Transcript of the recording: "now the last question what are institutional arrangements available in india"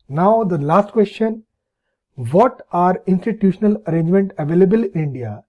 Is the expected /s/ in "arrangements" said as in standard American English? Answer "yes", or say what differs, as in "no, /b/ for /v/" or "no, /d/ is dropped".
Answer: no, /s/ is dropped